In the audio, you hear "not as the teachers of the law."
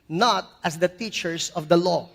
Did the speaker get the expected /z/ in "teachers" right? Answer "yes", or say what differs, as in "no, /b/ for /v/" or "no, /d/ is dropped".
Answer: no, /s/ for /z/